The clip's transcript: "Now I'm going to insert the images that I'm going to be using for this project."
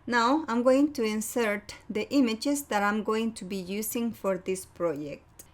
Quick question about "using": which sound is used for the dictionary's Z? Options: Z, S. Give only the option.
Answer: S